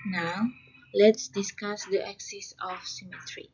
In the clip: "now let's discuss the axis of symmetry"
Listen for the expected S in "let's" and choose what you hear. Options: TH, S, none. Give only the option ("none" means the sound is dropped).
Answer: S